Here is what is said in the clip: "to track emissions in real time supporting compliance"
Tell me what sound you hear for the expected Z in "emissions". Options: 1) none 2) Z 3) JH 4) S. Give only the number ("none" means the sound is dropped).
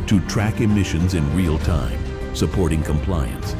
2